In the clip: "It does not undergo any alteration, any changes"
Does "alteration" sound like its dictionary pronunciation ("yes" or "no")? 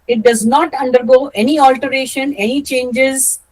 yes